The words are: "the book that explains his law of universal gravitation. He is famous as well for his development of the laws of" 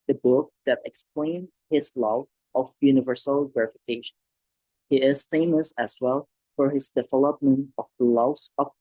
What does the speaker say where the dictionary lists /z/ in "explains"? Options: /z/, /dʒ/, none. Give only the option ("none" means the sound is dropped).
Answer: none